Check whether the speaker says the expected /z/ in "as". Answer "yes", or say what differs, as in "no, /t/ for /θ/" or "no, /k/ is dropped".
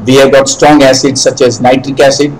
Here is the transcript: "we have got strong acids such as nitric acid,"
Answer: yes